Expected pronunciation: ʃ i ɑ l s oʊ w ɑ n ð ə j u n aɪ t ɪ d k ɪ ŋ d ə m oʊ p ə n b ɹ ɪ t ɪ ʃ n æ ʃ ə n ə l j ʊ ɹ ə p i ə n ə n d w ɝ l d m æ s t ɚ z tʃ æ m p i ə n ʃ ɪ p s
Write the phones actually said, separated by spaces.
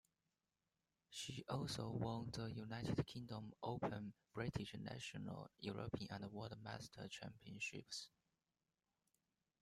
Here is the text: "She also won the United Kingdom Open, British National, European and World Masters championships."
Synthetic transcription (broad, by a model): ʃ i ɑ l s oʊ w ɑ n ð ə j u n aɪ t ɪ d k ɪ ŋ d ə m oʊ p ə n b ɹ ɪ t ɪ ʃ n æ ʃ ə n ə l j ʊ ɹ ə p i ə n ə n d w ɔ d m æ s t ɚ tʃ æ m p i ə n ʃ ɪ p s